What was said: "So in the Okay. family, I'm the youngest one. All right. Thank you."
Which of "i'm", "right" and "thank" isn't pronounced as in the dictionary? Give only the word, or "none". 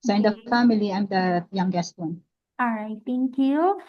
thank